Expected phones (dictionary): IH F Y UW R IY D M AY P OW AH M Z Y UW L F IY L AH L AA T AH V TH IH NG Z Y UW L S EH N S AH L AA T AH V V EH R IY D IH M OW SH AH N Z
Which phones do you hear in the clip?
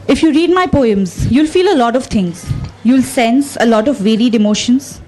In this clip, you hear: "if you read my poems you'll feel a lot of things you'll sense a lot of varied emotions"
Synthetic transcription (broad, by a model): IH F Y UW R IY D M AY P OW AH M Z Y UW L F IY L AH L AA T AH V T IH NG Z Y UW L S EH N S AH L AA T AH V V EH R IY D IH M OW SH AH N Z